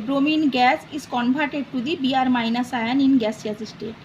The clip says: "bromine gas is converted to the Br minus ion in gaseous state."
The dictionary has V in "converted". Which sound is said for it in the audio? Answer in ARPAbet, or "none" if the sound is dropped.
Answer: B